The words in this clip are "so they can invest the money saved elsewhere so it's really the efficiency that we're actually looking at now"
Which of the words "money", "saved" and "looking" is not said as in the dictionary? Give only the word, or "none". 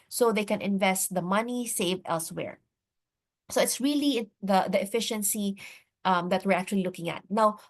none